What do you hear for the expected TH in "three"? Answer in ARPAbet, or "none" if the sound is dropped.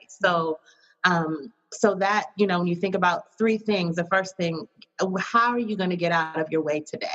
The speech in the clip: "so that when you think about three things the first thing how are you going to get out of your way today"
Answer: TH